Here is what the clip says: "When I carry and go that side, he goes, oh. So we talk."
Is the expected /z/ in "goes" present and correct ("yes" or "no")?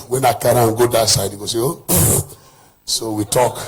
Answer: no